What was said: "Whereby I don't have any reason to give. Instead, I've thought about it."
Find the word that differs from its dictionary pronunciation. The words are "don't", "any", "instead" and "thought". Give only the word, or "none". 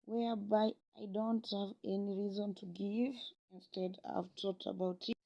thought